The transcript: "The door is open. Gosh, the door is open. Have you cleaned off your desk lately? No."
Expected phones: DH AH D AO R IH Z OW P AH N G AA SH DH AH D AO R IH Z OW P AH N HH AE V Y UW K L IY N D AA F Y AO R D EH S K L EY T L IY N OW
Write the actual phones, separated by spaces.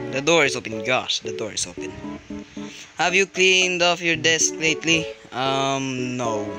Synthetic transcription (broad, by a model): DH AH D AO R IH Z OW P AH N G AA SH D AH D AO R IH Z OW P AH N HH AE V Y UW K L IY N D AA F Y AO R D EH S K L EY T L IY N OW